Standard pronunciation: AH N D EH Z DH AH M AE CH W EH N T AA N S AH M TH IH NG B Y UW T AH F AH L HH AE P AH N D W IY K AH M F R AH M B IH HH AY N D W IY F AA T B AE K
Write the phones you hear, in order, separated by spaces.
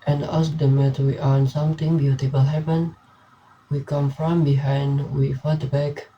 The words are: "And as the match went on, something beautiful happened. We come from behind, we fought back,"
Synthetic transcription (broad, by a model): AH N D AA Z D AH M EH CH W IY T AA N S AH M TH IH NG B Y UW T AH F AH L HH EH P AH N W IY K AH M F R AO M B IH HH AY N D W IY F AA T B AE K